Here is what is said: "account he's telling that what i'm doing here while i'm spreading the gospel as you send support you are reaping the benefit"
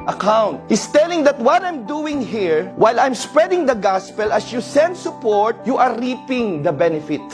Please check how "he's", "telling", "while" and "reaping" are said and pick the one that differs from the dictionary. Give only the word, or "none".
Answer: he's